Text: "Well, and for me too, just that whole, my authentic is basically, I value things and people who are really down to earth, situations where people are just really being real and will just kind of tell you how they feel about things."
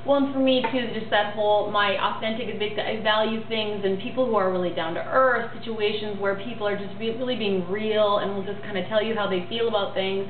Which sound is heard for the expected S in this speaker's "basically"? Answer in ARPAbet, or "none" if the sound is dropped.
none